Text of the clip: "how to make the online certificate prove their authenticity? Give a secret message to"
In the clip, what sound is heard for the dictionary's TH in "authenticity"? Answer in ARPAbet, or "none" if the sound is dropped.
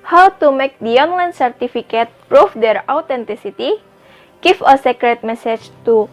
T